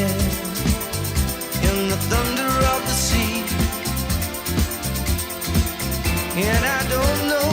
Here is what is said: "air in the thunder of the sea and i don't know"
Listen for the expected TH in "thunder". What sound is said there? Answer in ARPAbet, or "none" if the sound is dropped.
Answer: TH